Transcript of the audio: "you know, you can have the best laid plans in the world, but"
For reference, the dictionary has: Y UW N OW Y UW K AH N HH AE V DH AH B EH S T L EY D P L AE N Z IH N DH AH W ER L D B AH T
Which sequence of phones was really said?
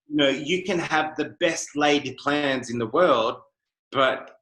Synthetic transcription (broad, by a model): Y N OW Y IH K AH N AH V DH AH B EH S T L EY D P L AE N Z IH N DH AH W ER L D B AH T